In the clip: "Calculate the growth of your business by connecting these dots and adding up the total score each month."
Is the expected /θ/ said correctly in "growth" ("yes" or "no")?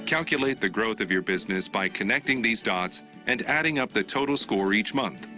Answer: yes